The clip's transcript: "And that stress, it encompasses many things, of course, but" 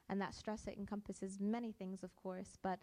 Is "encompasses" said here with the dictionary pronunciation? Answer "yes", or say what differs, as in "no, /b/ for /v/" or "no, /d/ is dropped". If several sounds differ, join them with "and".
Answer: yes